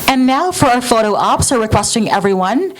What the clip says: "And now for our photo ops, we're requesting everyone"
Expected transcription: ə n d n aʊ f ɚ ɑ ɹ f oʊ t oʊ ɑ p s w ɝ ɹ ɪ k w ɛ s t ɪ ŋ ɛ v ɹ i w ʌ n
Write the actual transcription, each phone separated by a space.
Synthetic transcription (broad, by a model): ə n n aʊ f ɚ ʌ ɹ f oʊ t oʊ ɑ p s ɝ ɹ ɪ k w ɛ s t ɪ ŋ ɛ v ɹ i w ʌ n